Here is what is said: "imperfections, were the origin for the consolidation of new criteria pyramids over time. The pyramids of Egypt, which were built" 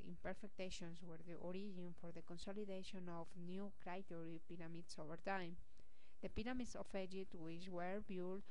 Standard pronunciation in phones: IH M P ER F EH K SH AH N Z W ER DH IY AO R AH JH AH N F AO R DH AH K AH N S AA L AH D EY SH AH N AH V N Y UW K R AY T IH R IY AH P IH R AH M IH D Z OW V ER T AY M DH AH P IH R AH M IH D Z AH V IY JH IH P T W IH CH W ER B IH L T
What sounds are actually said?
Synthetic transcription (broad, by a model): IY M P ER F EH K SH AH N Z W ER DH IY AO R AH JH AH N F AO R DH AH K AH N S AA L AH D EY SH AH N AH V N Y UW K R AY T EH R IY P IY R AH M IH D S OW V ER T AY M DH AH P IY R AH M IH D S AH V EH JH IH T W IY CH W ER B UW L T